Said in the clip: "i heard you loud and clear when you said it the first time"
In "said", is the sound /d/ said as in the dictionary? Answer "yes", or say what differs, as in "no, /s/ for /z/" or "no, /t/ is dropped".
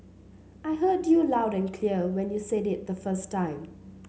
yes